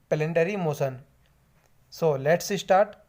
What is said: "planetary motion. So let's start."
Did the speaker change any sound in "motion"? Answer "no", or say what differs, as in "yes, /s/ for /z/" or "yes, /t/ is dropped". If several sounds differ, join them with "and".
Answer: yes, /s/ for /ʃ/